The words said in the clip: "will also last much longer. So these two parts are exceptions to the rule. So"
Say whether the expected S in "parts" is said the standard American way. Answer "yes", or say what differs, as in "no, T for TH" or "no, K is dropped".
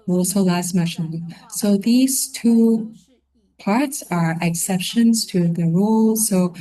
yes